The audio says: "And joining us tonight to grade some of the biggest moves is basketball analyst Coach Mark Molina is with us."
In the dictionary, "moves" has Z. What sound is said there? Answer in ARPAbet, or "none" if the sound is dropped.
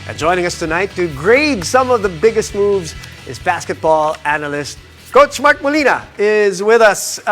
Z